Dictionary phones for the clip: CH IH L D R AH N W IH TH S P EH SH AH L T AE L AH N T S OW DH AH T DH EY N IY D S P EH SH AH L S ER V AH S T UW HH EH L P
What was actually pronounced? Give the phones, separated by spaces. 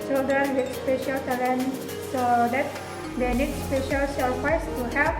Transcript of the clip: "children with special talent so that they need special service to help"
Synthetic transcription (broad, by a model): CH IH L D R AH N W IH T S P EH SH AH L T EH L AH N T S OW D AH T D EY N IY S S P EH SH AH L S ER F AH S T UW HH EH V